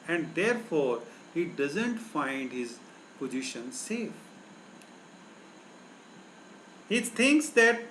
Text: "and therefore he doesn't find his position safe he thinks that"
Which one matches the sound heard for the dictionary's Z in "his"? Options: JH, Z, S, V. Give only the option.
Z